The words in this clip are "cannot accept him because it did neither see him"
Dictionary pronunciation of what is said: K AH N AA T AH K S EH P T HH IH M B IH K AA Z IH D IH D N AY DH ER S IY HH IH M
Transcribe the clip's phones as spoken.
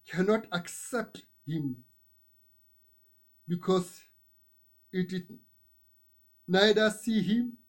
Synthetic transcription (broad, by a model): K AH N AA T AH K S EH P T HH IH M B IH K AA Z IH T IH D N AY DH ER S IY HH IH M